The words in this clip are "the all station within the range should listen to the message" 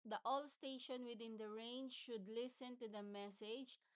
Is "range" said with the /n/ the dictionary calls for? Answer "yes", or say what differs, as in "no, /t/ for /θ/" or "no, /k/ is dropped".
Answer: yes